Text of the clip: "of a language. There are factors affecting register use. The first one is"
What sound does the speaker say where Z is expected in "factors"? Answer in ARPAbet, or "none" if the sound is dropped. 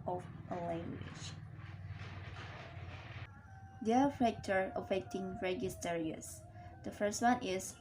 none